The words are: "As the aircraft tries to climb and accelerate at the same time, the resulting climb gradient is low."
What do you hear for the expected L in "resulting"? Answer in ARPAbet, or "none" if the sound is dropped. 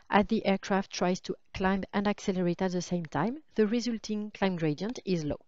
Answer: L